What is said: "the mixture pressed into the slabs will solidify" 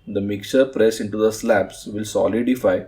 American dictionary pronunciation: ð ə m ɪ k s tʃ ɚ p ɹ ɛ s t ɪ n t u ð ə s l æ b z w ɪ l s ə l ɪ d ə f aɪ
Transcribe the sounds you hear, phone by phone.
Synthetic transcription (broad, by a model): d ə m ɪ k tʃ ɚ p ɹ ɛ s ɪ n t u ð ə s l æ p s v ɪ l s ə l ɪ d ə f aɪ